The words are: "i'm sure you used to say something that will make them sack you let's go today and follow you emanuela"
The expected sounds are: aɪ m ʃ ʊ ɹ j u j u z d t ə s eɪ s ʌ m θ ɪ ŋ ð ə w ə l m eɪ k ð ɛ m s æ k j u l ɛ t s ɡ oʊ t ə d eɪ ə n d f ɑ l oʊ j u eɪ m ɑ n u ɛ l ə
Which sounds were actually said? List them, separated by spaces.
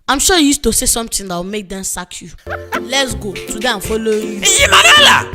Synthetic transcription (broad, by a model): aɪ m ʃ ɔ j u j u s t ə s eɪ s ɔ m t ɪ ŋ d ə w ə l m eɪ k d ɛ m s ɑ k j u l ɛ t s ɡ oʊ t ə d eɪ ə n f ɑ l oʊ j u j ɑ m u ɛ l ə